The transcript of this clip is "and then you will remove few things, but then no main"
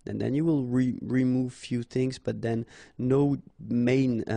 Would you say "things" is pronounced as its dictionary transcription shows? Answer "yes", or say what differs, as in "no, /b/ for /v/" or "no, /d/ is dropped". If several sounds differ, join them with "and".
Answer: yes